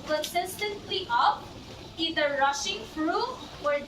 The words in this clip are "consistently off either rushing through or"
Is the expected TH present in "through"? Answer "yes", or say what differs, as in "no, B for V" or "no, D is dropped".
no, F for TH